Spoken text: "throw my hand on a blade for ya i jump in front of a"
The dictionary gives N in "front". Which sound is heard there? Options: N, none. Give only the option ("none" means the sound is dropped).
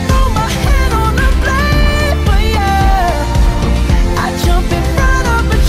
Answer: none